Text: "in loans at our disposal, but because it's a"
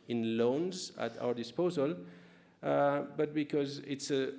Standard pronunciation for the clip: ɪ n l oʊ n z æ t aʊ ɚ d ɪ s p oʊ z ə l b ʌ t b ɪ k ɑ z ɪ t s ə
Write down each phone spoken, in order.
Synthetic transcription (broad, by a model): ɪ n l oʊ n z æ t aʊ ɚ d ɪ s p oʊ z ə l b ʌ t b ɪ k ɑ z ɪ t s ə